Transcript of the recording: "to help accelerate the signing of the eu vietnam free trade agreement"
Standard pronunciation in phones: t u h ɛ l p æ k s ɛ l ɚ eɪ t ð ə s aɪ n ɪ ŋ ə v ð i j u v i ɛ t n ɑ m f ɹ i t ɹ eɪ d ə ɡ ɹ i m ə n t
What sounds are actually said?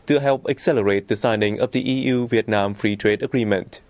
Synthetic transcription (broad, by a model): t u h ɛ l p æ k s ɛ l ɚ eɪ t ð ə s aɪ n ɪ ŋ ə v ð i j u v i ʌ t n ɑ m f ɹ i t ɹ eɪ d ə ɡ ɹ i m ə n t